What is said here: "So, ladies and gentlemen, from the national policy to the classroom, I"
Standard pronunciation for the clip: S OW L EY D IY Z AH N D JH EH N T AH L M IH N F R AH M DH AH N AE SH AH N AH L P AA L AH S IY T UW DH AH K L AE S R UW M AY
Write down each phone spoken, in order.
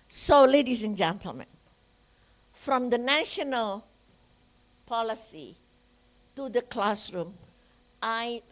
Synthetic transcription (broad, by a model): S OW L EY D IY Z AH N JH EH N T AH L M IH N F R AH M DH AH N AE SH AH N AH L P AA L AH S IY T UW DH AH K L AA S R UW M AY